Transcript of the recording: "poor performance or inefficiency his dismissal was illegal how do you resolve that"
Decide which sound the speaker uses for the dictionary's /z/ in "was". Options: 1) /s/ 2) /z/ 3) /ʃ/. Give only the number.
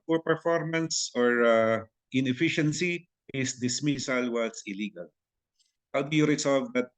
1